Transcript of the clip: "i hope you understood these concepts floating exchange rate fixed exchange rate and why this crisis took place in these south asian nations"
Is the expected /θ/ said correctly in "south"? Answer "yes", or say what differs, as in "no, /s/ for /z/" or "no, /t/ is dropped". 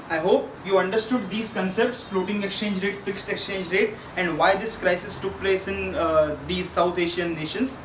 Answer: no, /t/ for /θ/